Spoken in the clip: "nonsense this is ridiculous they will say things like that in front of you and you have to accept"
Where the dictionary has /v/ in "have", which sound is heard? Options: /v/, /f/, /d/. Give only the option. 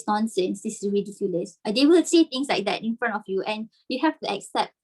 /f/